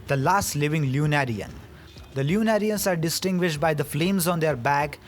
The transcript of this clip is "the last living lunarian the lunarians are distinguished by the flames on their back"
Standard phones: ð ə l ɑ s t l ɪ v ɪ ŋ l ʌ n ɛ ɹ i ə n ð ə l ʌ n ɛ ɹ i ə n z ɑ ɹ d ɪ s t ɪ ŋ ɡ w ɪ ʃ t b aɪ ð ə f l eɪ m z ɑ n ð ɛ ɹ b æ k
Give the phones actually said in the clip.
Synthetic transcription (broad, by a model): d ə l ɑ s t l ɪ v ɪ ŋ l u n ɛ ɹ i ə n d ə l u n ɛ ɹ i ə n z ɑ ɹ d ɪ s t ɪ ŋ ɡ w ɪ ʃ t b aɪ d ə f l eɪ m z ɑ n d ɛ ɹ b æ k